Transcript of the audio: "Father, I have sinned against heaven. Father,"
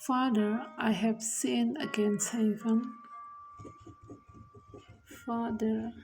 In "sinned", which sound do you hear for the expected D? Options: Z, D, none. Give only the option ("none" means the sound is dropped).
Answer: none